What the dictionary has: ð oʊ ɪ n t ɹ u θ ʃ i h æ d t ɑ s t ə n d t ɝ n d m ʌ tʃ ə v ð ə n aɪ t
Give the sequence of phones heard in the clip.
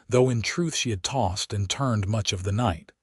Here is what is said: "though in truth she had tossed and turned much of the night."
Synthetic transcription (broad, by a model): ð oʊ ɪ n t ɹ u θ ʃ i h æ d t ɑ s t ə n t ɝ n d m ʌ tʃ ə v ð ə n aɪ t